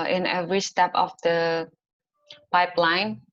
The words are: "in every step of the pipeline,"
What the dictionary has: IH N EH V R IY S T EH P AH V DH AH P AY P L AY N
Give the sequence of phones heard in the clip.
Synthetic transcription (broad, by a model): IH N EH V R IY S T EH P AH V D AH P AY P L AY N